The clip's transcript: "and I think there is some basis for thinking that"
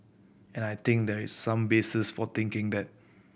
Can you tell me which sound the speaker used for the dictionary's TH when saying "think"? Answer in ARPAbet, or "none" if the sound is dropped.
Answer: T